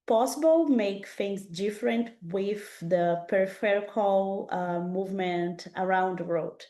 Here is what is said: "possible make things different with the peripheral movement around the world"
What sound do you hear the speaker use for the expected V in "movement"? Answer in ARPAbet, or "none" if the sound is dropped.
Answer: V